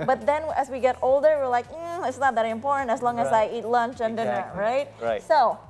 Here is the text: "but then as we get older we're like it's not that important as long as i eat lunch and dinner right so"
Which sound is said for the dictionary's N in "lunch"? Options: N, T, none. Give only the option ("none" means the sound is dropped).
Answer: N